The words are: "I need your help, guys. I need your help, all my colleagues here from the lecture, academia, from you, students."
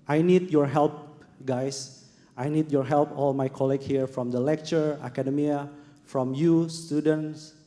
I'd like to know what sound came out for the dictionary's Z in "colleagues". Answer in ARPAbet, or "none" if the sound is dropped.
none